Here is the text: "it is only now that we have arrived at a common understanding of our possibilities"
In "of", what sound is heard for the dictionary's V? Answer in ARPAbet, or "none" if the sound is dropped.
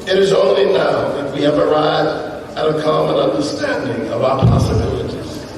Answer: V